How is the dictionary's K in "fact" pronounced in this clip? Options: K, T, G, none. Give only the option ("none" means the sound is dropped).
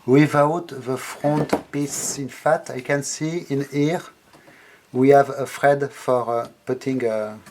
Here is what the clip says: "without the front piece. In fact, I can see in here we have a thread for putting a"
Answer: none